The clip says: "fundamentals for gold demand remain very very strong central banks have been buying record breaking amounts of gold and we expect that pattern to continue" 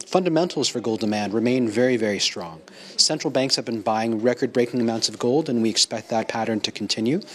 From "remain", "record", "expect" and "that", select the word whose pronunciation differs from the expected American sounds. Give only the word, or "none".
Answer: none